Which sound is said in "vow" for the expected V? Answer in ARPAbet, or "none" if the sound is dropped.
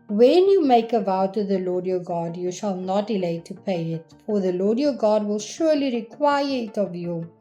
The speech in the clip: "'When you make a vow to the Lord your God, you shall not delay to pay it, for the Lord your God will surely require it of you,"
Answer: V